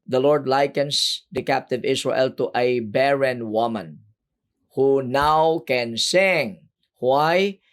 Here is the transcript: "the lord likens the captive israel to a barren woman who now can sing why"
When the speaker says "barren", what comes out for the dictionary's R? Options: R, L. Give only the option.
R